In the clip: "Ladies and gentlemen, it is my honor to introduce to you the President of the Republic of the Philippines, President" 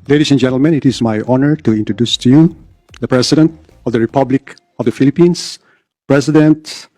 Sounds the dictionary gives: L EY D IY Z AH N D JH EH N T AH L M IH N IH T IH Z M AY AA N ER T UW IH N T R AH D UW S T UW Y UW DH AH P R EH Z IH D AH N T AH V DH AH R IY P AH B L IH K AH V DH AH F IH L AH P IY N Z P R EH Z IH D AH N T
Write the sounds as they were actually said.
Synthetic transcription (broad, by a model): L EY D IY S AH N JH EH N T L M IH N IH T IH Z M AY AA N ER T UW IH N T R AH D UW S T UW Y UW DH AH P R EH S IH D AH N T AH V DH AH R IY P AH B L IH K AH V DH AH F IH L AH P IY N S P R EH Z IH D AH N T